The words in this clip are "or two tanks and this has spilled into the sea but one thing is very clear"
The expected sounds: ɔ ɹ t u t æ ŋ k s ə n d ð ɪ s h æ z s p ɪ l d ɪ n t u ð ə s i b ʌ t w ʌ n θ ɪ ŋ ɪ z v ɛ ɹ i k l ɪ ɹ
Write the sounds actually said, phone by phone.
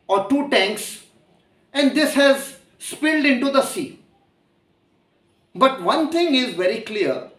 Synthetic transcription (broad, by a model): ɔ ɹ t u t æ ŋ k s ə n d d ɪ s h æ z s p ɪ l d ɪ n t u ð ə s i b ʌ t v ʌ n t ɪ ŋ ɪ z v ɛ ɹ i k l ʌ ɹ